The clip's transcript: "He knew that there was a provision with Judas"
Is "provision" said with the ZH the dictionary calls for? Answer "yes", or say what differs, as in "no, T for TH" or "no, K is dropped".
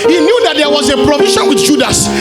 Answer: no, SH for ZH